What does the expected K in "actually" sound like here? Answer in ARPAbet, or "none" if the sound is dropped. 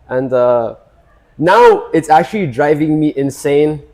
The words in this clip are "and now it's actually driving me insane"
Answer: K